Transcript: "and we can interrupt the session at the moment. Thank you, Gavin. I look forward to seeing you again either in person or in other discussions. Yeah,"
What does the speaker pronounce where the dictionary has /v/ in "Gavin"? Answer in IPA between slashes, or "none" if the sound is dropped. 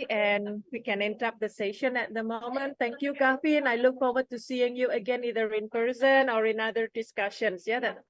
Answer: /f/